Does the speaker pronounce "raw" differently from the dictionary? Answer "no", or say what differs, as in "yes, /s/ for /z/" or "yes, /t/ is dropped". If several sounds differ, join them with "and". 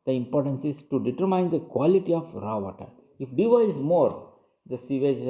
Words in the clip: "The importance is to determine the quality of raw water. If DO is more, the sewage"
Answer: no